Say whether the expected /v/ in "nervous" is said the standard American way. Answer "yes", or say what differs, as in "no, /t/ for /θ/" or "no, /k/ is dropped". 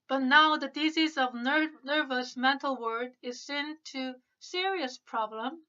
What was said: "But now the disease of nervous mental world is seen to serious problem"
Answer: yes